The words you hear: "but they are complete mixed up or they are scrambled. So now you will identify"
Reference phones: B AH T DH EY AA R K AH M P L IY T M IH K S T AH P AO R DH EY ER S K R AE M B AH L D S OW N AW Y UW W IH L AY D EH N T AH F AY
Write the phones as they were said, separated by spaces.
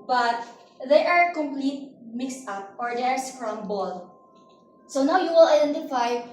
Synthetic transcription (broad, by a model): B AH T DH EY AA R K AH M P L IY T M IH K S T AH P AO R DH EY ER S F R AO M B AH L S OW N AW Y UW W IH L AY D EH N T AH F AY